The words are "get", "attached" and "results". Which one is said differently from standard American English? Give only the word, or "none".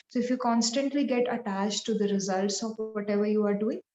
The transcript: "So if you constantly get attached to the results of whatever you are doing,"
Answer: none